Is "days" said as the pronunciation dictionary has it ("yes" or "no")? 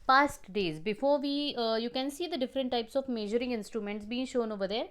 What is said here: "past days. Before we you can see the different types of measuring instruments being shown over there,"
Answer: yes